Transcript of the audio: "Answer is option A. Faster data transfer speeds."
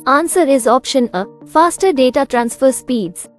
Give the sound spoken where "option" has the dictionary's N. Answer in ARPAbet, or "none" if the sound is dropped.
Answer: N